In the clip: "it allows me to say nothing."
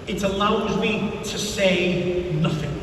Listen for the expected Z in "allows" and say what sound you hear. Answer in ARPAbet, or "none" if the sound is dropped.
Z